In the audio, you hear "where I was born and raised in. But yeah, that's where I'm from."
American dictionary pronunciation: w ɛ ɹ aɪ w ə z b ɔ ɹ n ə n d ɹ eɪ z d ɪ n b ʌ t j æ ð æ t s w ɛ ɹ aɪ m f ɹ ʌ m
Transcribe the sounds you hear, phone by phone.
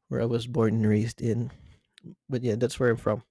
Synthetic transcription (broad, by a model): w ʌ ɹ aɪ w ə z b ɔ ɹ n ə n ɹ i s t ɪ n b ʌ t j æ ð æ t s w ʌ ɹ aɪ m f ɹ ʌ m